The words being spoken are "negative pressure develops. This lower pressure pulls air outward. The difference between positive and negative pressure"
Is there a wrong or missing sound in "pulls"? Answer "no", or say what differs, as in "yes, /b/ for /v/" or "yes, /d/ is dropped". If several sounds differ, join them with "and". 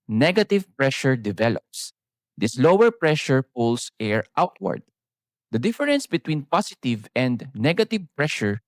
yes, /s/ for /z/